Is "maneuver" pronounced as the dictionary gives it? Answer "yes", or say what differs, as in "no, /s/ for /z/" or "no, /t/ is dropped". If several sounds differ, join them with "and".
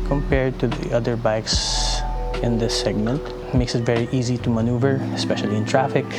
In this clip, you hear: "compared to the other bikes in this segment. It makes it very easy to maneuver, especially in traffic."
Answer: yes